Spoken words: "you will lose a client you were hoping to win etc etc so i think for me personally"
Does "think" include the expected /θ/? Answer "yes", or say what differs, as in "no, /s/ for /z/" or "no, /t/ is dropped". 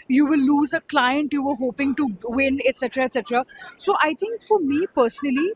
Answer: no, /t/ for /θ/